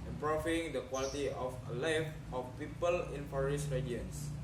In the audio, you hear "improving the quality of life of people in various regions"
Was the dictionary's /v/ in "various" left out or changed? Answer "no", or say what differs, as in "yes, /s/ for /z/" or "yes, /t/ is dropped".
yes, /f/ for /v/